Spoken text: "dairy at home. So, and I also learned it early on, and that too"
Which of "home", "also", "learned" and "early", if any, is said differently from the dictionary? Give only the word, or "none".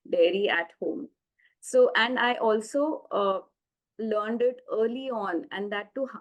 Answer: none